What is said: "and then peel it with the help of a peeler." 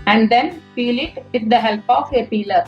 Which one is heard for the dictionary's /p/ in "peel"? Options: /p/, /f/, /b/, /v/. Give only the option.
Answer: /f/